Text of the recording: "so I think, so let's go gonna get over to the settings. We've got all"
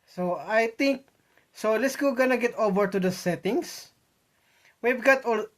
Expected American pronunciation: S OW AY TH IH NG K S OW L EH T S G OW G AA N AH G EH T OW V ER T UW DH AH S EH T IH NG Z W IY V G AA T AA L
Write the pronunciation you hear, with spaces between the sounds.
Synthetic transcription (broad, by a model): S OW AY T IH NG K S OW L EH T S G OW G AA N AH G EH T OW V ER T UW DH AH S EH T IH NG S W IY V G AA T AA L